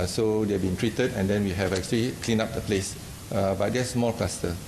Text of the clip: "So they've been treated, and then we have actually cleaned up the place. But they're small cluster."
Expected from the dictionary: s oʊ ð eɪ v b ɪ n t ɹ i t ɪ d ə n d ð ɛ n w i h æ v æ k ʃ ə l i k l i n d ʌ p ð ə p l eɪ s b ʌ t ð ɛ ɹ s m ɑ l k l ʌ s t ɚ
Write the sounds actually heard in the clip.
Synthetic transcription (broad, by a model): s oʊ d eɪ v b ɪ n t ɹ i t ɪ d ə n d ɛ n w i h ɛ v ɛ k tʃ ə l i k l i n ɑ p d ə p l eɪ s b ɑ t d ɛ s m ɑ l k l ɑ s t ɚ